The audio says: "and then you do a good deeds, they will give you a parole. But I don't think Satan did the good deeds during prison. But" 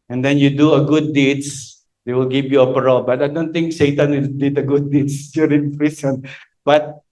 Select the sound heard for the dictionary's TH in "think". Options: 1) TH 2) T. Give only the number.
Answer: 2